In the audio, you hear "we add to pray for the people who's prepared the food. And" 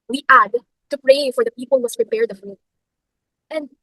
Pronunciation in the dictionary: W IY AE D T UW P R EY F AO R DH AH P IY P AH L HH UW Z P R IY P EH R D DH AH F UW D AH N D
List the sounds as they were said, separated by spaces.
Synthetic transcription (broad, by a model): W IY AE D T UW P R EY F AO R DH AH P IY P AH L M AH S P R IY P EH R D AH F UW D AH N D